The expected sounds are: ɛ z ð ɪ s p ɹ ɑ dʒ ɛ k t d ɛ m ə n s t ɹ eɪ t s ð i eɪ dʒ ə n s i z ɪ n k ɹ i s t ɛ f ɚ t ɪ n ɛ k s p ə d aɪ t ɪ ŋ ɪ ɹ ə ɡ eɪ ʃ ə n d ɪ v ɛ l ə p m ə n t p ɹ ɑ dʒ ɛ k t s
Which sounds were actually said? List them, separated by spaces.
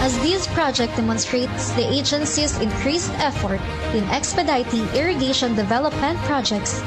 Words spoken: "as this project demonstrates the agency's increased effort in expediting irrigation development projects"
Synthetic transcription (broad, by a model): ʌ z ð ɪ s p ɹ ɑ dʒ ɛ k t d ɛ m ə n s t ɹ eɪ t s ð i eɪ dʒ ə n s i s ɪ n k ɹ i s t ɛ f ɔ t ɪ n ɛ k s p ə d aɪ t ɪ ŋ ɪ ɹ ə ɡ eɪ ʃ ə n d ɪ v ɛ l ə p m ə n t p ɹ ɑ dʒ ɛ k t s